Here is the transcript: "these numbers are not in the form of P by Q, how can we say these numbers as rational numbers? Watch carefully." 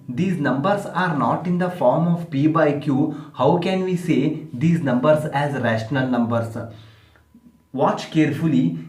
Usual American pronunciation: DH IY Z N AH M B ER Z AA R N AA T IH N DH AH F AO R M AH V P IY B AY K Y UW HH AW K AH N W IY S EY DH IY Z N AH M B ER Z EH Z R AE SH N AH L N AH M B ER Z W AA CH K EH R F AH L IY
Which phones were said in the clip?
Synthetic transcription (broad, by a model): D IY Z N AH M B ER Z AA R N AA T IH N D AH F AO R M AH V P IY B AY K Y UW HH AW K AH N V IY S EY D IY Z N AH M B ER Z EH Z R AE SH N AH L N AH M B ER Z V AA CH K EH R F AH L IY